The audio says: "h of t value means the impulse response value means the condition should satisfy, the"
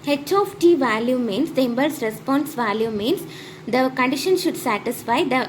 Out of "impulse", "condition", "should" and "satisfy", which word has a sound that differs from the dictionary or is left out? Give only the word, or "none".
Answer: impulse